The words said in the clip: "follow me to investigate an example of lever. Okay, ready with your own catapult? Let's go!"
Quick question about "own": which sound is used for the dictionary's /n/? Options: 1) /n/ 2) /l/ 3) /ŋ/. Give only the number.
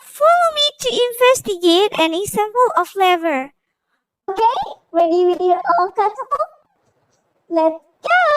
2